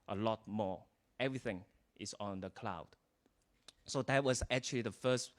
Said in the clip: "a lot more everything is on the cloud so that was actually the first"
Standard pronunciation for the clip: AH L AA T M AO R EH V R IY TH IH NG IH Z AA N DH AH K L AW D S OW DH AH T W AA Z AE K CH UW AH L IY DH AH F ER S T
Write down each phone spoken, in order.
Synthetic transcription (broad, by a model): AH L AA T M AO EH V R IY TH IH NG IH S AA N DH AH K L AW D S OW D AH T W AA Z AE K CH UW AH L IY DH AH F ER S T